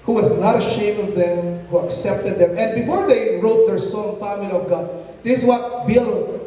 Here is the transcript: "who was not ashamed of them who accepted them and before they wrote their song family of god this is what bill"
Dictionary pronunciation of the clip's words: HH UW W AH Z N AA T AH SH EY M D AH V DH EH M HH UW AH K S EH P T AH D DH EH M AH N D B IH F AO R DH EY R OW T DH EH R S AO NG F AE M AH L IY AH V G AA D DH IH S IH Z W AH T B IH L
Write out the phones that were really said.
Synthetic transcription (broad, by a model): HH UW W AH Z N AA T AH SH EY M AH V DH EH M HH UW AH K S EH P T AH D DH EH M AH N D B IH F AO R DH EY R OW T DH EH R S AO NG F AE M AH L IY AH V G AA D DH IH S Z W AH T B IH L